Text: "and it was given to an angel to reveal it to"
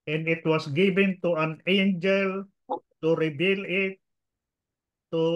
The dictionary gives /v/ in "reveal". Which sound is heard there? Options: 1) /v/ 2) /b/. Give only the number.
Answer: 2